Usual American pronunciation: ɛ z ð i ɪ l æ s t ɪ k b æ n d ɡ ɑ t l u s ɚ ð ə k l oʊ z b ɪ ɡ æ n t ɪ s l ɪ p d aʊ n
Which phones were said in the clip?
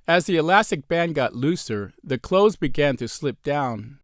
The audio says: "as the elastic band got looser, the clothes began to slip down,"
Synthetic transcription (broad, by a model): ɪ z ð i ɪ l æ s t ɪ k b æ n ɡ ɑ t l u s ɚ ð ə k l oʊ z b ɪ ɡ æ n t ɪ s l ɪ p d aʊ n